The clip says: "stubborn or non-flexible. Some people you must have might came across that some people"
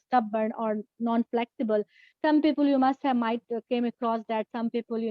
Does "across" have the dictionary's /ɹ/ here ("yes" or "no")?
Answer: yes